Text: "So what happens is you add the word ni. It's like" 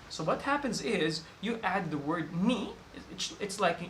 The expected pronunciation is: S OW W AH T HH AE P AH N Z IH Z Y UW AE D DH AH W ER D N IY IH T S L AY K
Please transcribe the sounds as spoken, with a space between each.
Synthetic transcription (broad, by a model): S OW W AH T HH AE P AH N Z IH Z Y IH AE D DH AH W ER D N IY IH T S L AY K